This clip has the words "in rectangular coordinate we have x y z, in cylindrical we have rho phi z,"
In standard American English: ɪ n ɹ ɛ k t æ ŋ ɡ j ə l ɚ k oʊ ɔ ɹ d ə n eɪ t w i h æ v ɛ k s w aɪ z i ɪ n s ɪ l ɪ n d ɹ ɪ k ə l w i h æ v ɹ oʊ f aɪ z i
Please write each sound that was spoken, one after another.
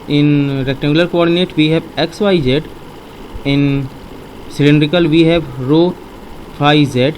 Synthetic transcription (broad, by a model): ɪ n ɹ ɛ k t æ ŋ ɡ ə l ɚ k oʊ ɔ ɹ d ə n eɪ t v i h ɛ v ɛ k s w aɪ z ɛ ɪ n s ɪ l ɪ n d ɹ ɪ k ə l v i h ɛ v ɹ oʊ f aɪ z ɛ